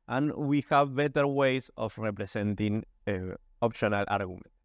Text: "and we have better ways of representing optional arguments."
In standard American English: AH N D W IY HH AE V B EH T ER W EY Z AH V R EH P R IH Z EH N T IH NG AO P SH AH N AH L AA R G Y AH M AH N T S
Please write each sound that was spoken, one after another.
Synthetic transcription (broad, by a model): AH N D W IY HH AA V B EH T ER W EY S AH F R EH P R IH S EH N T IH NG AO P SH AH N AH L AA R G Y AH M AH N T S